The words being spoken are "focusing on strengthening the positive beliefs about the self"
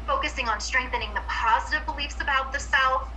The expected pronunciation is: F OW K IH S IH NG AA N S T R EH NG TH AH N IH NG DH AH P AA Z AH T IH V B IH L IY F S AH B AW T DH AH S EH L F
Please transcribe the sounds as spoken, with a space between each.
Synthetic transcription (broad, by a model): F OW K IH S IH NG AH N S T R EH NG TH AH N IH NG DH AH P AA Z AH T IH V B IH L IY F S AH B AW T DH AH S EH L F